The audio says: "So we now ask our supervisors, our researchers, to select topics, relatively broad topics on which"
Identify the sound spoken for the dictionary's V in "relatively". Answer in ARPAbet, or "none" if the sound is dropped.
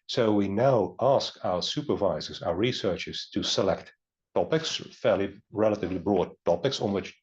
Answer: V